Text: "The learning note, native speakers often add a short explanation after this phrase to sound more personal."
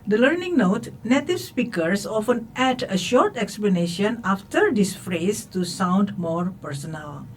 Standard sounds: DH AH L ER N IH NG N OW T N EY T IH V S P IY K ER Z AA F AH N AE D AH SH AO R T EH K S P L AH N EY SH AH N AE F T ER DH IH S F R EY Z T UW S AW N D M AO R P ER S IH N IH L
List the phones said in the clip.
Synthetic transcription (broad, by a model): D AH L ER N IH NG N OW T N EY T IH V S P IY K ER S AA F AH N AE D AH SH AO R T EH K S P L AH N EY SH AH N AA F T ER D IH S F R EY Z T UW S AW N D M AO R P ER S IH N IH L